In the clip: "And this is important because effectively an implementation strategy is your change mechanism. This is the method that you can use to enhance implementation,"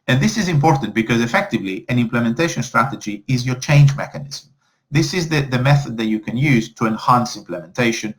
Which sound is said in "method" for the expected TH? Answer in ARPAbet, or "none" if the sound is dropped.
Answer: TH